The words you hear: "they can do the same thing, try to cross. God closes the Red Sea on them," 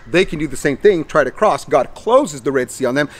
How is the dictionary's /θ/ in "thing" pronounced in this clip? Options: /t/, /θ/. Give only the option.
/θ/